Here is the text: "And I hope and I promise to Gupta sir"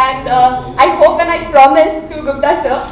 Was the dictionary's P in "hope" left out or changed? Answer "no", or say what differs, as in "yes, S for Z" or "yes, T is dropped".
no